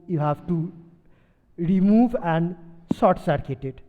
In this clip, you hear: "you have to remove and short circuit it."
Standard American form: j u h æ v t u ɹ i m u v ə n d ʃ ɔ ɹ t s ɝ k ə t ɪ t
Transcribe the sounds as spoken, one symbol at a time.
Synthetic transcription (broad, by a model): j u h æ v t u ɹ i m u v ə n d s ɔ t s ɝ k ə t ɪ t